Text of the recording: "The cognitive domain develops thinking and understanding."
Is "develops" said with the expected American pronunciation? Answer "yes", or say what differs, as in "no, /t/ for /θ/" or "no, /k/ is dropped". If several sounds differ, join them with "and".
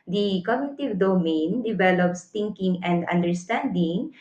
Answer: yes